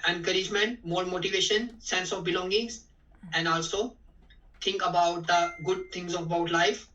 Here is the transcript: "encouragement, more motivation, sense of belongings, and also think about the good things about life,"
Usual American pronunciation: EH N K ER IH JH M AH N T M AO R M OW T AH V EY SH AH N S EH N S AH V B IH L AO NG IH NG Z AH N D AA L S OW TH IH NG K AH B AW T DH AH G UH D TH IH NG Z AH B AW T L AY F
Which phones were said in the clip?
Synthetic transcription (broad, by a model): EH N K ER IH JH M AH N T M AO R M OW T AH V EY SH AH N S EH N S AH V B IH L AO NG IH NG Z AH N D AA L S OW T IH NG K AH B AW T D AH G UH D T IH NG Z AH B AW T L AY F